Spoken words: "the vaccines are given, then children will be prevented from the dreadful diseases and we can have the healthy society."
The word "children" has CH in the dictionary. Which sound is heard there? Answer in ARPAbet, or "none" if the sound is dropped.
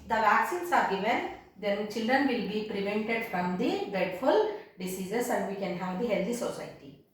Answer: CH